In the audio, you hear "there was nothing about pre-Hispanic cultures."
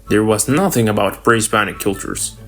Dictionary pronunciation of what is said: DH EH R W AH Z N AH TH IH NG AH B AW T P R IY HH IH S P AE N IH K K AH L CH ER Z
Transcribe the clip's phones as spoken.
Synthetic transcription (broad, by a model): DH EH R W AH Z N AH TH IH NG AH B AW T B R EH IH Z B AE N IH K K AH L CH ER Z